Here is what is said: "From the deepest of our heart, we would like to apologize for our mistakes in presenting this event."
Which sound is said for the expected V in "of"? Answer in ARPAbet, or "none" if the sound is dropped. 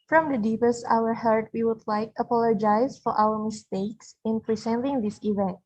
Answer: W